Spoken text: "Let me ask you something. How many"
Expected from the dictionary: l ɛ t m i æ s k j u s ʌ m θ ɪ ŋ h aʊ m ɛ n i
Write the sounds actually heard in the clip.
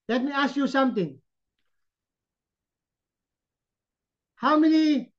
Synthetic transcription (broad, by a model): l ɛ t m i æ s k j u s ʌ m t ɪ ŋ h aʊ m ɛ n i